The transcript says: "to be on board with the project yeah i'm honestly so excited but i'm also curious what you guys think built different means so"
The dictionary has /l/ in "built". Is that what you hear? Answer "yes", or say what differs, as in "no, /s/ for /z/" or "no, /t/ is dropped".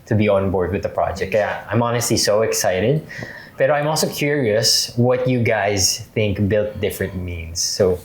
yes